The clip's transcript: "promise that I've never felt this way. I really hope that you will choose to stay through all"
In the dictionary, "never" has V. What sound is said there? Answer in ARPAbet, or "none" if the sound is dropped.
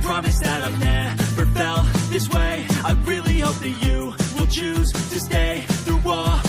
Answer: F